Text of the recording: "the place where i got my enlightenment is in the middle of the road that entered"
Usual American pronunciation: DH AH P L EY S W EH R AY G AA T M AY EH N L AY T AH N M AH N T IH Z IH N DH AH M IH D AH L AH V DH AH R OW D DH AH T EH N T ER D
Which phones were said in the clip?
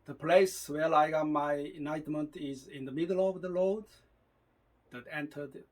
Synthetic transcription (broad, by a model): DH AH P L EY S W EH L AY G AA M AY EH N AY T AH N M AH N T IH Z IH N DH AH M IH D AH L AH V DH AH L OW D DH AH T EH N T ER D